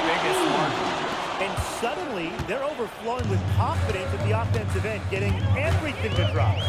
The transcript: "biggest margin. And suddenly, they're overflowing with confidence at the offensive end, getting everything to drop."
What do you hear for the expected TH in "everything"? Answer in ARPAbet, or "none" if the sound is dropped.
TH